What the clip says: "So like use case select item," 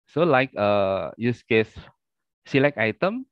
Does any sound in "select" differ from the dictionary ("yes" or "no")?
yes